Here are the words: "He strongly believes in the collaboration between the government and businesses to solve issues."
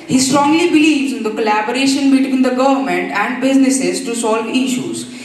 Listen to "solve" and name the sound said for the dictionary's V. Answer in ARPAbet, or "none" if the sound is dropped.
V